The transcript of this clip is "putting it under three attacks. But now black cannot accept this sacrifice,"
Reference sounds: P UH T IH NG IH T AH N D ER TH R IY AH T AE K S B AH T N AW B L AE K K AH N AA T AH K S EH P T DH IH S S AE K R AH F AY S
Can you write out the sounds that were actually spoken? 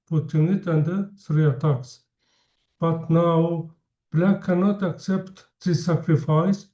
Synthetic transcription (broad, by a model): P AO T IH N IH T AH N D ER S R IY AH T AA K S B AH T N AW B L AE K K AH N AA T AH K S EH P T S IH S S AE K R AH F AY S